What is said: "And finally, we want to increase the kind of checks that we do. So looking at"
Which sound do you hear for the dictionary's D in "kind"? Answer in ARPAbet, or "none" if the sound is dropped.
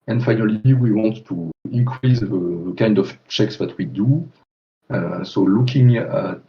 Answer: D